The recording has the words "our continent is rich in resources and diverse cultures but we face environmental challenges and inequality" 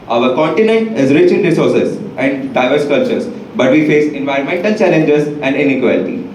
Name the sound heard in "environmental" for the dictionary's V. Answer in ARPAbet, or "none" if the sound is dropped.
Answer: V